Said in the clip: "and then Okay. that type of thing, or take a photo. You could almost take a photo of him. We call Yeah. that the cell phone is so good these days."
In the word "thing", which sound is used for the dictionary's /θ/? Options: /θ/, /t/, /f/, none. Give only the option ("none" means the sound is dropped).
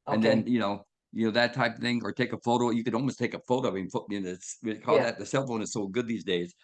/θ/